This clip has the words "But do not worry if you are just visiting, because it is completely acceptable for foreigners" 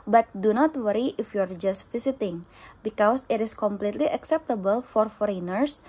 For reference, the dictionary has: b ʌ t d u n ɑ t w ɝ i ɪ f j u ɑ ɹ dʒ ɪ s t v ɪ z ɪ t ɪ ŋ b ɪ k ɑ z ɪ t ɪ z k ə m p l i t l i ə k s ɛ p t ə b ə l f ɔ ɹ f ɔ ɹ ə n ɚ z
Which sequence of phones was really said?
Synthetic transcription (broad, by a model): b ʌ t d u n ɑ t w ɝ i ɪ f j u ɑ ɹ dʒ ɪ s t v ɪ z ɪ t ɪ ŋ b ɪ k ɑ s ɪ t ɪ s k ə m p l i t l i ə k s ɛ p t ə b ə l f ɔ ɹ f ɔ ɹ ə n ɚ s